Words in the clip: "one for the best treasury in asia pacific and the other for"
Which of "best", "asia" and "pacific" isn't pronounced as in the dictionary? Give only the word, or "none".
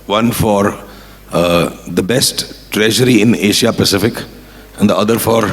asia